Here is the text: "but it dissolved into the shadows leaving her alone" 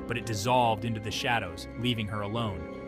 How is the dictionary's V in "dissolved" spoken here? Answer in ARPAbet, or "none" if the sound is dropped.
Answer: V